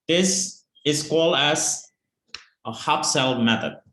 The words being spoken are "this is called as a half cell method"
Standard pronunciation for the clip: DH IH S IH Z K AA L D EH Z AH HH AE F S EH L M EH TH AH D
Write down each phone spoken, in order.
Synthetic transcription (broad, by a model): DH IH S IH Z K AA L D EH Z AH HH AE P S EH L M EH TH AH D